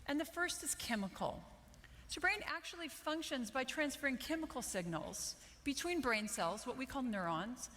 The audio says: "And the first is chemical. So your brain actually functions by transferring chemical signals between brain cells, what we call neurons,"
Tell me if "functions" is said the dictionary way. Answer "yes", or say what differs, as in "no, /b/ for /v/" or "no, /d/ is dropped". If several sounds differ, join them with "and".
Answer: yes